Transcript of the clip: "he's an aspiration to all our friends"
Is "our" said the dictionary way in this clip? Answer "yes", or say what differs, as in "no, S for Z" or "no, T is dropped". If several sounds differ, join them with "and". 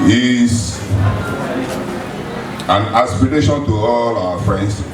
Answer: no, W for R